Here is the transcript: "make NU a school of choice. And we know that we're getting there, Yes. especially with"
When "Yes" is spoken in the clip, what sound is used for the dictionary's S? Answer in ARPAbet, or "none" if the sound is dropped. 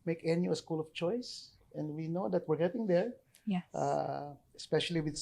none